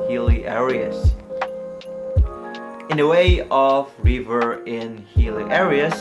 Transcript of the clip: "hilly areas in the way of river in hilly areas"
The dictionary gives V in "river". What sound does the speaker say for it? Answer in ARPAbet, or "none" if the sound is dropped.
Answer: V